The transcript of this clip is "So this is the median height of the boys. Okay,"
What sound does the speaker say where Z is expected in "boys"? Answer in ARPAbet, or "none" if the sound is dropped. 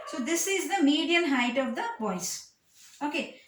S